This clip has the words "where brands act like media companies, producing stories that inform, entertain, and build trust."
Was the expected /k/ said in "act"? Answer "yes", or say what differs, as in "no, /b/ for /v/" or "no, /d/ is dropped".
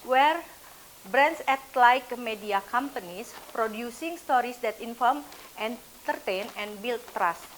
no, /k/ is dropped